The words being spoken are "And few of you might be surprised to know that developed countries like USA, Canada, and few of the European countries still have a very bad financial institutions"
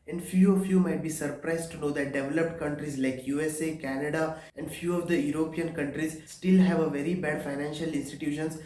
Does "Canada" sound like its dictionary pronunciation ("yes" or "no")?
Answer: yes